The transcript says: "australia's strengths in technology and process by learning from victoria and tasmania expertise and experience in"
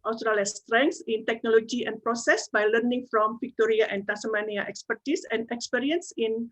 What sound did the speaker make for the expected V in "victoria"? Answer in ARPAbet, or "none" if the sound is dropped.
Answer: F